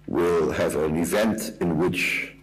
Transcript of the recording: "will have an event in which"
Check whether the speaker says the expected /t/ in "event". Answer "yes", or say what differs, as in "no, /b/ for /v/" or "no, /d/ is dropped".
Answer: yes